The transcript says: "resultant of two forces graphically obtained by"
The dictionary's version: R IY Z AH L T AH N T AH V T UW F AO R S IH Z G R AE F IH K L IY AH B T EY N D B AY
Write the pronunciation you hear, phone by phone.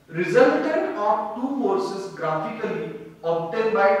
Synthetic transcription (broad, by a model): R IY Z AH L T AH N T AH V T UW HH AO R S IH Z G R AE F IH K L IY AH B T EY D B AY